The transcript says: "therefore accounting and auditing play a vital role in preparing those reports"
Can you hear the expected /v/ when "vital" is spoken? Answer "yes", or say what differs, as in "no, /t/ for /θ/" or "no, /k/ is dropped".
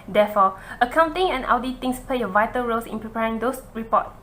yes